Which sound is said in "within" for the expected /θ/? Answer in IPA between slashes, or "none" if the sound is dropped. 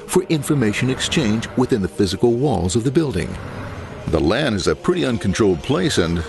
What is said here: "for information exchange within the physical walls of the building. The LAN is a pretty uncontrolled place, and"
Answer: /θ/